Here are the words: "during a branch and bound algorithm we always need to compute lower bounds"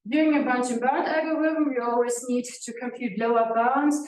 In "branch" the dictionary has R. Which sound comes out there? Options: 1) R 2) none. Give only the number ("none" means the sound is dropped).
2